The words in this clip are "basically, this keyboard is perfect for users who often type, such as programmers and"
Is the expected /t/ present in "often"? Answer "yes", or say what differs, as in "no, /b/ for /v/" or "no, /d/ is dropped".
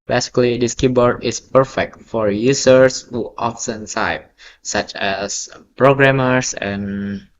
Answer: no, /s/ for /t/